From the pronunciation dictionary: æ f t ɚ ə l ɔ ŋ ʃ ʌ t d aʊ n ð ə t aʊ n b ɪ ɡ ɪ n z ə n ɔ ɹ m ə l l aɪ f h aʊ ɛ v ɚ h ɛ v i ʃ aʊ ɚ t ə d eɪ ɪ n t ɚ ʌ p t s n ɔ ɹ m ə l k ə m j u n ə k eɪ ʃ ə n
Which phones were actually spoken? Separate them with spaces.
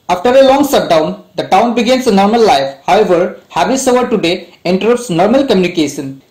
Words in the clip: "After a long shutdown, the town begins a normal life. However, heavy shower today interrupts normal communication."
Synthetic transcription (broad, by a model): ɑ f t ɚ ə l ɔ ŋ s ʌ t d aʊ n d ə t aʊ n b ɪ ɡ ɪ n s ə n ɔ ɹ m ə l l aɪ f h aʊ ɛ v ɚ h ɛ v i s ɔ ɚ t ə d eɪ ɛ n t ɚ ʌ p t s n ɔ ɹ m ə l k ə m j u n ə k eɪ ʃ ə n